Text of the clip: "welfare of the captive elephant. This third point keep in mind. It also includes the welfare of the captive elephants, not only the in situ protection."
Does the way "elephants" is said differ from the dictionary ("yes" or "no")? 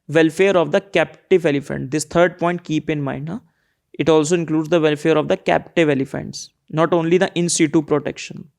no